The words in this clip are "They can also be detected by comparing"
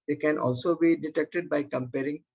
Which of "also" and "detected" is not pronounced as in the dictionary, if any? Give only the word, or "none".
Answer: none